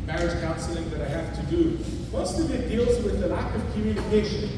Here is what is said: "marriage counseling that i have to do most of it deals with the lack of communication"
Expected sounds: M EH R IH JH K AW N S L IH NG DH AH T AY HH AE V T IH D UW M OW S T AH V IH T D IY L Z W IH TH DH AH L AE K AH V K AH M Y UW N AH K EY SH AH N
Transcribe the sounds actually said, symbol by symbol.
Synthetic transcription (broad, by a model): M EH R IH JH K AW N S L IH NG DH AH T AY HH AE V T IH D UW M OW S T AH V IH T D IY L Z W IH DH AH L AE K AH V K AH M Y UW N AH K EY SH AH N